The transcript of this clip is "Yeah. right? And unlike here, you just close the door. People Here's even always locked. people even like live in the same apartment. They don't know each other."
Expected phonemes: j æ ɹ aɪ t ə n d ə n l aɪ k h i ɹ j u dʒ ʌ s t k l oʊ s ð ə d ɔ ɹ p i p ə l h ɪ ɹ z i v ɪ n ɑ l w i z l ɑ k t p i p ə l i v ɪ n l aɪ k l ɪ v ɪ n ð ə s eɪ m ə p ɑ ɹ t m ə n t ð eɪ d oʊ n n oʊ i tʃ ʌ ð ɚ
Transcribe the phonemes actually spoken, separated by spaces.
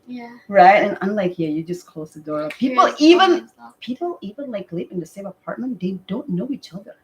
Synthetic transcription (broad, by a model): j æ ɹ aɪ t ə n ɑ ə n l aɪ k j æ j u dʒ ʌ s k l oʊ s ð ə d ɔ ɹ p i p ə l i v ɪ n p i p l i v ɪ n l aɪ k l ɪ p ɪ n ð ə s eɪ m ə p ɑ ɹ t m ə n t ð eɪ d oʊ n n oʊ i tʃ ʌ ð ɚ